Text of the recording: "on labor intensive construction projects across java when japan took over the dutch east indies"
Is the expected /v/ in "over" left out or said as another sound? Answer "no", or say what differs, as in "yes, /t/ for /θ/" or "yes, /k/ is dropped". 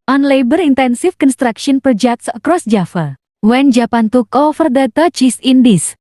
yes, /f/ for /v/